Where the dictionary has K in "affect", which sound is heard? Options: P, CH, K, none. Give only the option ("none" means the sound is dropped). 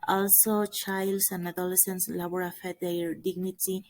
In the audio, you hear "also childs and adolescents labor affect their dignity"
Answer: none